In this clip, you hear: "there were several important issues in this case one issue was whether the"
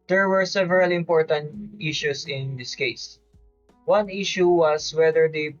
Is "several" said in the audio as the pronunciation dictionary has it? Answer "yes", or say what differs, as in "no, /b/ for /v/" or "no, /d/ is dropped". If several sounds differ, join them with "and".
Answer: yes